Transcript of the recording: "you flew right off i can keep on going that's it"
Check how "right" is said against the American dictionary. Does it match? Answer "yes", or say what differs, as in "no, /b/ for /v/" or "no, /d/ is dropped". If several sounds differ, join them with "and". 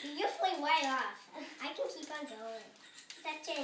no, /w/ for /ɹ/